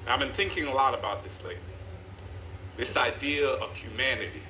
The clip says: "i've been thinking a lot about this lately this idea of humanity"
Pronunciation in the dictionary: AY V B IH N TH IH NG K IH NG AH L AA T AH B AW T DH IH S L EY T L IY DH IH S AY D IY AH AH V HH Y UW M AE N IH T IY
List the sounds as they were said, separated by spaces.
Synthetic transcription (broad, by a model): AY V B IH N TH IH NG K IH NG AH L AA T AH B AW T DH IH S L EY T L IY DH IH S AY D IY AH AH V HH Y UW M AE N IH T IY